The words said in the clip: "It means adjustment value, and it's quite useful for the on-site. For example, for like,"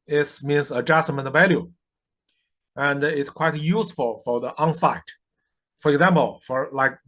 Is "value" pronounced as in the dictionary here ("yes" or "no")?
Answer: yes